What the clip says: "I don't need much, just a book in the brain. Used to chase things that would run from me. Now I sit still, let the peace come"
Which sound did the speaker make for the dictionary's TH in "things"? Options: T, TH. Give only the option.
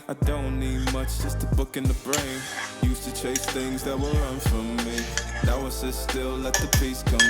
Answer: TH